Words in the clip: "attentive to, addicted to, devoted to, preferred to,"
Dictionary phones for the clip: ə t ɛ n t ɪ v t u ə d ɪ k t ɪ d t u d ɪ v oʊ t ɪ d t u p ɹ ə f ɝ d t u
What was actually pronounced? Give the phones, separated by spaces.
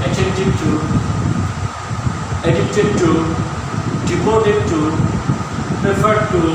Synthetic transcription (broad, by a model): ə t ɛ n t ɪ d t u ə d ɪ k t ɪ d t u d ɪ p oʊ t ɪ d t u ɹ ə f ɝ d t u